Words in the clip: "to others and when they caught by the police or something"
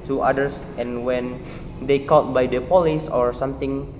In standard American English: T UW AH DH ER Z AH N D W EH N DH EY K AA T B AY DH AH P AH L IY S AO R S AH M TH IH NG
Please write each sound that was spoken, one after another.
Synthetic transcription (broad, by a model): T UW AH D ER S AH N W EH N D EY K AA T B AY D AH P AH L IY S AO R S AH M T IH NG